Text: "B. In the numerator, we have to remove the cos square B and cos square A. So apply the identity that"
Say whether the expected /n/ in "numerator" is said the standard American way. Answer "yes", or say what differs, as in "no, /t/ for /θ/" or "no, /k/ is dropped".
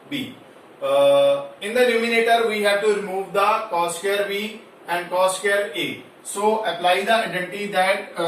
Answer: no, /l/ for /n/